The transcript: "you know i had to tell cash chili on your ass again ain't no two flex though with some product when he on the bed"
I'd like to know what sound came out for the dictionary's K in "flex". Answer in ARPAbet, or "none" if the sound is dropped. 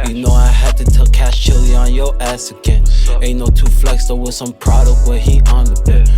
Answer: K